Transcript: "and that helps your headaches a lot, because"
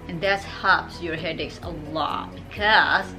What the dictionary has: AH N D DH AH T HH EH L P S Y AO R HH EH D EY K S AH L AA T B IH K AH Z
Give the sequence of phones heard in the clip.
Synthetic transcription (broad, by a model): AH N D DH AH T HH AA P S Y AO R HH EH D EY K S AH L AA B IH K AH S